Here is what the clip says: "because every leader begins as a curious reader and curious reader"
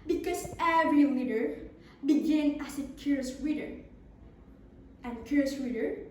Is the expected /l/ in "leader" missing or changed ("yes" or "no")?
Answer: yes